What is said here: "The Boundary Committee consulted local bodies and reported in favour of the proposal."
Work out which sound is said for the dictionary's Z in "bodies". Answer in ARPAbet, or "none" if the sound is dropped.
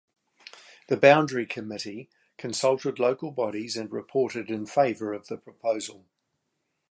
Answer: Z